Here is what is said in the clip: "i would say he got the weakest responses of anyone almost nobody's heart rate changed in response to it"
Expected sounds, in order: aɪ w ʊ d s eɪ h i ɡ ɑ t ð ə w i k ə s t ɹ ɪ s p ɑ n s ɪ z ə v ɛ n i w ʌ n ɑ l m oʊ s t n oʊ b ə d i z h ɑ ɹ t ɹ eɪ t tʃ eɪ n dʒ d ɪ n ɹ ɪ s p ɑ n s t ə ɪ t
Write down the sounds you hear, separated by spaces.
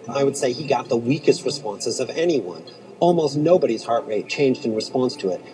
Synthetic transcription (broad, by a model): aɪ w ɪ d s eɪ i ɡ ɑ t ð ə w i k ə s t ɹ ɪ s p ɑ n s ɪ z ə v ɛ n i w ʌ n ɑ l m oʊ s t n oʊ b ə d i z h ɑ ɹ t ɹ eɪ t tʃ eɪ n dʒ d ɪ n ɹ ɪ s p ɑ n s t ə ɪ t